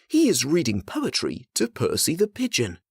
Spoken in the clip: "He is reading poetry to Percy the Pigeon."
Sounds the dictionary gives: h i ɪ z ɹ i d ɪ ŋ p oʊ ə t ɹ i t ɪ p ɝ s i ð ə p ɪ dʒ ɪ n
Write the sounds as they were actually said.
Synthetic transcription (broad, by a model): h i ɪ z ɹ i d ɪ ŋ p oʊ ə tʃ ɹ i t ɪ p ɝ s i ð ə p ɪ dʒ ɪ n